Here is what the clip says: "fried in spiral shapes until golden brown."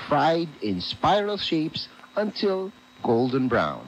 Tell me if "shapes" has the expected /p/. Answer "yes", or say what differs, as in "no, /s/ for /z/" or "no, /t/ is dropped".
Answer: yes